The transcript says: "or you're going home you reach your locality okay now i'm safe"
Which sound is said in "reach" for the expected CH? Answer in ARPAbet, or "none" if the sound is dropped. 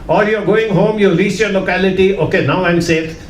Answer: S